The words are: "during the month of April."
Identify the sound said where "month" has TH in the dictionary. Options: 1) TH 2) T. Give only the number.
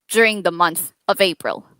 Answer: 1